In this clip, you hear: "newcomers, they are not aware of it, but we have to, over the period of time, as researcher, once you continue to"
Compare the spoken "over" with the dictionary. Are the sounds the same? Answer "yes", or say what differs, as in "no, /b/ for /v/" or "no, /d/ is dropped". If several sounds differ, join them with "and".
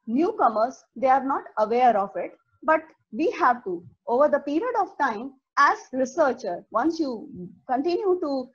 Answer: yes